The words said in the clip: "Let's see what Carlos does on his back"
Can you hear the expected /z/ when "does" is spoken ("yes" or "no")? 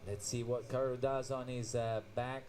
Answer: yes